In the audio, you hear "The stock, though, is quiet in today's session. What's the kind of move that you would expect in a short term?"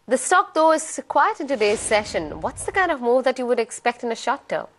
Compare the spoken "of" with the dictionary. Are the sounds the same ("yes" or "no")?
yes